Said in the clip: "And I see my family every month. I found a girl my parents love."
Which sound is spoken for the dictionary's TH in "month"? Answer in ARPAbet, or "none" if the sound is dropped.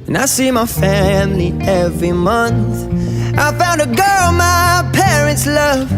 TH